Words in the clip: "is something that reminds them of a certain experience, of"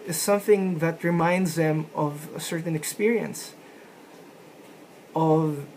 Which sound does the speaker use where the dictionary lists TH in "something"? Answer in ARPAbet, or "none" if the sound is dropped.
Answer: TH